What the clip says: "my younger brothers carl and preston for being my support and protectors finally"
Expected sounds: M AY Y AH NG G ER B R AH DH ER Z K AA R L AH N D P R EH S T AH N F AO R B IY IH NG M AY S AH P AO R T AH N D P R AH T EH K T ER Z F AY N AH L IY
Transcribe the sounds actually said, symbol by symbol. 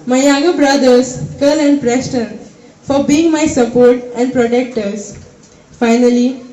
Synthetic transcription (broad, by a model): M AY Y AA G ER B R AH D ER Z K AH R L AH N D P R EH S T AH N F AO R B IY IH NG M AY S AH P AO R T AH N D P R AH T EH K T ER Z F AY N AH L IY